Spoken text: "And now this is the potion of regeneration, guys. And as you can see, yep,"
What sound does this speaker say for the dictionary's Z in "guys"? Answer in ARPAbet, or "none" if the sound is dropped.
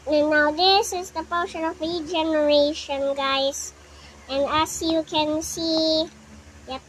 S